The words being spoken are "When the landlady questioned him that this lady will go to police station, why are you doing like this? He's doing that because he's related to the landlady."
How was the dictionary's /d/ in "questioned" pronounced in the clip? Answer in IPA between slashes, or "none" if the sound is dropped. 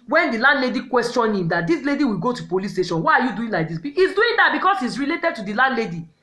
none